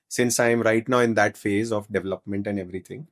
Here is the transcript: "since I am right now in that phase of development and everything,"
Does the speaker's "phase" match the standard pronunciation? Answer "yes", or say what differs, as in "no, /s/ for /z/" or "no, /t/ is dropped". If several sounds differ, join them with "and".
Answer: yes